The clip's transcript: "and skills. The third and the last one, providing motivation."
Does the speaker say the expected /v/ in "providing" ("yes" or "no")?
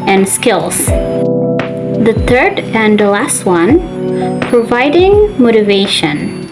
yes